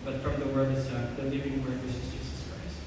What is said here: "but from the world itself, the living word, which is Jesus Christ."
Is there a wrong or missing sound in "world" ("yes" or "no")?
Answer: yes